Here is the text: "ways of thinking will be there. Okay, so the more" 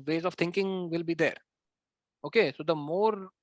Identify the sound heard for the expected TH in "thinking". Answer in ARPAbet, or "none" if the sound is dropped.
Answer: T